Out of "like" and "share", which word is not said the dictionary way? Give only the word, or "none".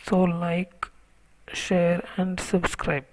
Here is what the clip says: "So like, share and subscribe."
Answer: none